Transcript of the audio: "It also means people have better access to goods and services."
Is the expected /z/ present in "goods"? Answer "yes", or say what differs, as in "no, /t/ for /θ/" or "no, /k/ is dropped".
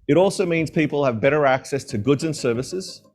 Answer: yes